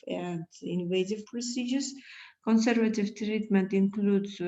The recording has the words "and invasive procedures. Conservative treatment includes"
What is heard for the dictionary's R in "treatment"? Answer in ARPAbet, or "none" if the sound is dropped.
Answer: R